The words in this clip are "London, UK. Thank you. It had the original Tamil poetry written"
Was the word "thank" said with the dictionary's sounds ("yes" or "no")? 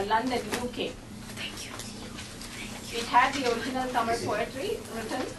no